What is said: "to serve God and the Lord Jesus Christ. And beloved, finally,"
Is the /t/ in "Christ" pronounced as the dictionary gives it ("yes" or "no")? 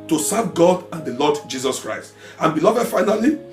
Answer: yes